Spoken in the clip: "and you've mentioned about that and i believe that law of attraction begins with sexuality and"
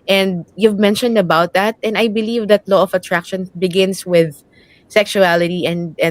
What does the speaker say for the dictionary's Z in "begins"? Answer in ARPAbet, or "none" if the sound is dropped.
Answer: S